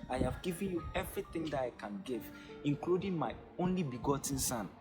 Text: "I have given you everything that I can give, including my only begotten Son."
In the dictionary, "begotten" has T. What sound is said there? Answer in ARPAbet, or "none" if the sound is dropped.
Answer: T